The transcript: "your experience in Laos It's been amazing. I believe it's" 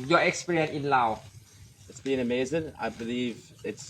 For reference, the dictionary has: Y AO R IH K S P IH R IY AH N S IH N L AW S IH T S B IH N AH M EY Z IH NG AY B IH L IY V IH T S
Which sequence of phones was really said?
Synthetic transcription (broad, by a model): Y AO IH K S P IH R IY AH N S IH N L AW IH T S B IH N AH M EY Z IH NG AY B IH L IY V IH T S